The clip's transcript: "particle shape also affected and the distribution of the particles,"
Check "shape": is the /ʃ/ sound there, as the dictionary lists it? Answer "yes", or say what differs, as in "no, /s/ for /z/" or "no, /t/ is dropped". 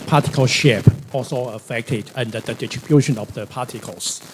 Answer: yes